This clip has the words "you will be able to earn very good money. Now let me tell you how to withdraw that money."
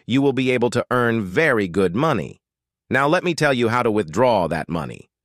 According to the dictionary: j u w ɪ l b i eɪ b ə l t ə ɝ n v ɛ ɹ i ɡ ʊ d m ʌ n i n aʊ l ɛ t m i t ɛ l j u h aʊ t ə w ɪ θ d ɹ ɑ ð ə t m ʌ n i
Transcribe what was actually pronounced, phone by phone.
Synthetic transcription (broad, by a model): j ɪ w ɪ l b i eɪ b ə l t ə ɝ n v ɛ ɹ i ɡ ʊ d m ʌ n i n aʊ l ɛ t m i t ɛ l j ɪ h aʊ t ə w ɪ θ d ɹ ɑ ð ə t m ʌ n i